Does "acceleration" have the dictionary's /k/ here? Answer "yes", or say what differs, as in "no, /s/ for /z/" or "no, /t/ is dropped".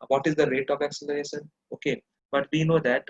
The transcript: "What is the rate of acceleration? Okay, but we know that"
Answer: yes